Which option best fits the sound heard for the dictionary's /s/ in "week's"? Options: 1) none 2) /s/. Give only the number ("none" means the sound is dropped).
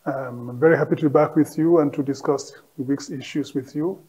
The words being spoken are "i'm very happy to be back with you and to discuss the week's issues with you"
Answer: 2